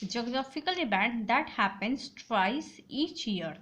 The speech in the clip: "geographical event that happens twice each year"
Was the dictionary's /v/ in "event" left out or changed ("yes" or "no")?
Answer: yes